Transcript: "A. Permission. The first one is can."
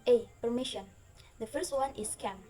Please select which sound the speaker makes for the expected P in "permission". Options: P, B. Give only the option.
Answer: P